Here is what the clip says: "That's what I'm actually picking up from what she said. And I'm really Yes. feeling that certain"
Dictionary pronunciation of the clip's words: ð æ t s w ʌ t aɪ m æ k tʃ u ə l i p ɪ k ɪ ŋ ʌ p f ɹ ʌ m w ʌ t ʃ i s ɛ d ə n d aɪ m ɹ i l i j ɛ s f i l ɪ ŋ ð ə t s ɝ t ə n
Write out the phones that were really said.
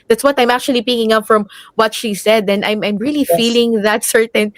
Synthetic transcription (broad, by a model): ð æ t s w ʌ t aɪ m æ k tʃ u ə l i p ɪ k ɪ ŋ ʌ p f ɹ ʌ m w ʌ t ʃ i s ɛ d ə n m aɪ m ɹ i l i f i l ɪ ŋ ð ə t s ɝ t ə n